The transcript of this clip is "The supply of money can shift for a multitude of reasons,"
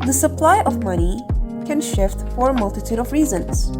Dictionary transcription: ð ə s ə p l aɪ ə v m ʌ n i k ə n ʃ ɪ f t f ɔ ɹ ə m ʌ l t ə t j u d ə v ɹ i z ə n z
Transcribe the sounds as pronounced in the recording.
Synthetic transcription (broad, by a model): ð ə s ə p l aɪ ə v m ʌ n i k ə n ʃ ɪ f t f ɔ ɹ m ʌ l t ə t j u d ə v ɹ i z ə n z